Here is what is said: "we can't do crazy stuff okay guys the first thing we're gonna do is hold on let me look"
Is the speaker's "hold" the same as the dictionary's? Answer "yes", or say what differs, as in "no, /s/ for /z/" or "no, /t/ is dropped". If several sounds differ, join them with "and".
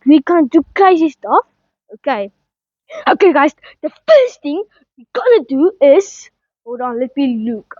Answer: no, /l/ is dropped